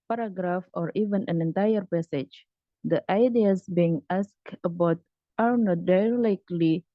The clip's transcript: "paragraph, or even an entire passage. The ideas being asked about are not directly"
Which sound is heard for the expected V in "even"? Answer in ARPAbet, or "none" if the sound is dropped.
V